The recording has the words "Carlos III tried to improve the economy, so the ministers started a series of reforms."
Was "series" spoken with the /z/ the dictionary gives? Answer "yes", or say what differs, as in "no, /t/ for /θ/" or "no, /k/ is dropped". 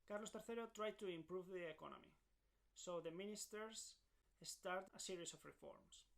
no, /s/ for /z/